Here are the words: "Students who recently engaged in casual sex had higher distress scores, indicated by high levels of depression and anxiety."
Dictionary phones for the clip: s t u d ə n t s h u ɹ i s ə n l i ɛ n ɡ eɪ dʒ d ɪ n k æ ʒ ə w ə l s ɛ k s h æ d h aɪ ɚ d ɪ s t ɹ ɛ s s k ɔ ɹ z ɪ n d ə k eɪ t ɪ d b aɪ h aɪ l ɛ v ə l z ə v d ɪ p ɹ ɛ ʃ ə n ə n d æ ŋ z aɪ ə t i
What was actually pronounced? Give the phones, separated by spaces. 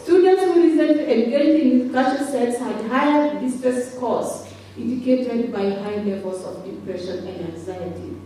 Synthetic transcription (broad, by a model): s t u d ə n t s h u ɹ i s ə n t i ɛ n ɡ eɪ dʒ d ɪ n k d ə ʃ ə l s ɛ s h æ d h aɪ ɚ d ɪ s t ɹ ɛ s s k ɔ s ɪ n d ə k eɪ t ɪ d b aɪ h aɪ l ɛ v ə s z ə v d ɪ p ɹ ɛ ʃ ə n ə n d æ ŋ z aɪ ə t i